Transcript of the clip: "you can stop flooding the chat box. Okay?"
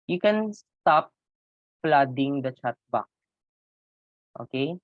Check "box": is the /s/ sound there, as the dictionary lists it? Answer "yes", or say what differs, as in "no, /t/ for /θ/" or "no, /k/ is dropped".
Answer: no, /s/ is dropped